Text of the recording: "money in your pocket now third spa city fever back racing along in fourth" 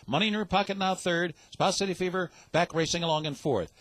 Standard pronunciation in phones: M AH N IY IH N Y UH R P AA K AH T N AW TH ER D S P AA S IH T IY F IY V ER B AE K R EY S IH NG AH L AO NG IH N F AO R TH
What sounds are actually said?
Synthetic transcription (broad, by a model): M AH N IY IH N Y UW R P AA K AH T N AW TH ER D S P AA S IH T IY F IY V ER B AE K R EY S IH NG AH L AO NG IH N F AO R TH